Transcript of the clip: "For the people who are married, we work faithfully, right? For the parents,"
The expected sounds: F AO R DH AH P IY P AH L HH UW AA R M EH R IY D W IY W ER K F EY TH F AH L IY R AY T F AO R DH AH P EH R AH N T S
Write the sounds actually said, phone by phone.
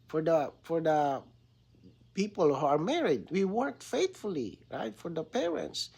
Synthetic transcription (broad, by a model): F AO R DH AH P IY P AH L HH UW AA R M EH R IY D W IY W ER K F EY T F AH L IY R AY T F AO R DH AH P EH R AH N T S